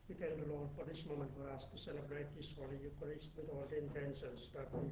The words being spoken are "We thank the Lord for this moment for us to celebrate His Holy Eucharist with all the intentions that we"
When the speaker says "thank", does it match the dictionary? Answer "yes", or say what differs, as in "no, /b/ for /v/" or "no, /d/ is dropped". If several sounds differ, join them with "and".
no, /t/ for /θ/